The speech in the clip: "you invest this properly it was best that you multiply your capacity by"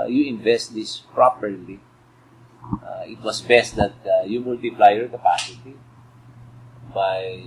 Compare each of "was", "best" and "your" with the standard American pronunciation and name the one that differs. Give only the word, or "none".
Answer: was